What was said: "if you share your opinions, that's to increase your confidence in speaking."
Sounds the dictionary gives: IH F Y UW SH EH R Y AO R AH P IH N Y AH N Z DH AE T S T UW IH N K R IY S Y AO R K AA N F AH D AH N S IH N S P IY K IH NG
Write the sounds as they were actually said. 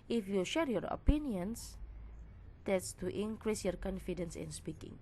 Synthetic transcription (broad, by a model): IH F Y UW SH EH R Y AO R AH P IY N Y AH N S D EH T S T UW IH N K R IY S Y AO R K AA N F AH D AH N S IH N S P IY K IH NG